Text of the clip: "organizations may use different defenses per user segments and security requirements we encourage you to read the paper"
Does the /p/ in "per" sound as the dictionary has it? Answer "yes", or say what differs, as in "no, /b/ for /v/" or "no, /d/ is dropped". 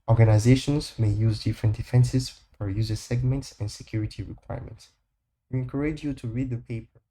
no, /f/ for /p/